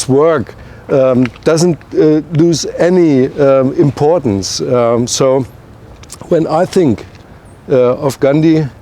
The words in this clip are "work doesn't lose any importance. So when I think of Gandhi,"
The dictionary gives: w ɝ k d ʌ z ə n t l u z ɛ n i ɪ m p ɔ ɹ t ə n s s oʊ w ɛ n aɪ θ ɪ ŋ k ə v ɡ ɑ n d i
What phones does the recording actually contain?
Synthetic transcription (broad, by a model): w ɝ k d ʌ z ə n t l u z ɛ n i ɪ m p ɔ ɹ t n s s oʊ w ɛ n aɪ θ ɪ ŋ k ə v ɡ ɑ n d i